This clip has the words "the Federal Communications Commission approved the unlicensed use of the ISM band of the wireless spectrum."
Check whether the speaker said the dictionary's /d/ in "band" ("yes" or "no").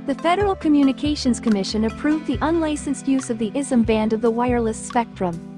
yes